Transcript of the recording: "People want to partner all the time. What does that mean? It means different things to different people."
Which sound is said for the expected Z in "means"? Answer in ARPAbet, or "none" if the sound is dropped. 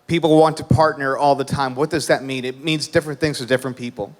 Z